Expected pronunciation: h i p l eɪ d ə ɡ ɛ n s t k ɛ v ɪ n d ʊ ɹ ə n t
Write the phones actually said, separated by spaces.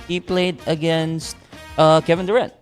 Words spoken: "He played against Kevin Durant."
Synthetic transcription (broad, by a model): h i p l eɪ d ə ɡ ɛ n s t k ɛ v ɪ n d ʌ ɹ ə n